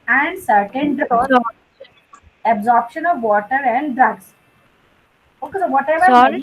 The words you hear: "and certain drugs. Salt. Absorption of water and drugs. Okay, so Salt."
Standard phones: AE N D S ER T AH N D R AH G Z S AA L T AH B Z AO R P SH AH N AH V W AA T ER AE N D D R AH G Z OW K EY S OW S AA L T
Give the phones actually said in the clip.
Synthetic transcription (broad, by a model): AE N D S ER T AH N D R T AH B Z AO R P SH AH N AH V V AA T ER AE N D D R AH G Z OW K EY S OW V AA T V